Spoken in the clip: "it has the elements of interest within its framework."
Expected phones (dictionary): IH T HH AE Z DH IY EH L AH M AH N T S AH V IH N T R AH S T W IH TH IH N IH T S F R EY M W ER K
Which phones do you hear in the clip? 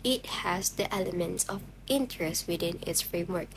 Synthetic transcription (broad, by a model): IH T HH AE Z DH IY EH L AH M AH N T S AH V IH N T R AH S T W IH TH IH N IH T S F R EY M W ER K